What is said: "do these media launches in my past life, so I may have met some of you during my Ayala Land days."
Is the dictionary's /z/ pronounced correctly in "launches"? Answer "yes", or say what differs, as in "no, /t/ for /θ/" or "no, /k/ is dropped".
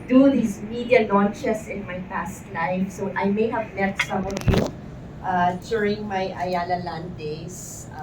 no, /s/ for /z/